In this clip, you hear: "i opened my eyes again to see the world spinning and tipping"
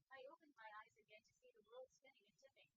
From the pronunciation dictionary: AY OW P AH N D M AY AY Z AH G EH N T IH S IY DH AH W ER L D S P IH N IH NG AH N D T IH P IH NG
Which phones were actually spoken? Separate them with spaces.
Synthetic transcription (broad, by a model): AY OW P AH N D M AY AY Z AH G EH N T IH S IY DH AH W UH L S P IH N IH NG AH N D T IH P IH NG